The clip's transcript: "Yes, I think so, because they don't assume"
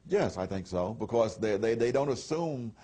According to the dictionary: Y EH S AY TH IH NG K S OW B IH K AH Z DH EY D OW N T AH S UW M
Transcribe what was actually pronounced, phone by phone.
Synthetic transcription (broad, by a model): Y EH S AY TH IH NG K S OW B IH K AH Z DH EY D OW N T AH S UW M